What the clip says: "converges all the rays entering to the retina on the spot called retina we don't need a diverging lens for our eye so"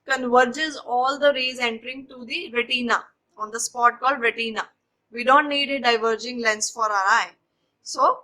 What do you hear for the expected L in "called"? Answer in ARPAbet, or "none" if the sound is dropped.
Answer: L